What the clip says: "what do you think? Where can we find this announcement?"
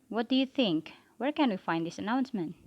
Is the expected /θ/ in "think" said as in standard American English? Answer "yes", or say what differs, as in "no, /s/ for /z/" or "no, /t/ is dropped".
yes